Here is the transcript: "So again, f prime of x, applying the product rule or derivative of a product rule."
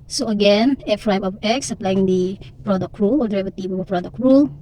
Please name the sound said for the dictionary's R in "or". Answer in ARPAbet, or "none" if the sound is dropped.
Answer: L